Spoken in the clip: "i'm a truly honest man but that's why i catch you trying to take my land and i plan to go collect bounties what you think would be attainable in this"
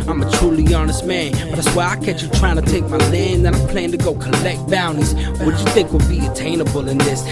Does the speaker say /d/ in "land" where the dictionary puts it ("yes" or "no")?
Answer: no